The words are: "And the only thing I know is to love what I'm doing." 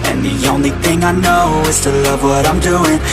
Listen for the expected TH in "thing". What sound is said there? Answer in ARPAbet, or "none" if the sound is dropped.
TH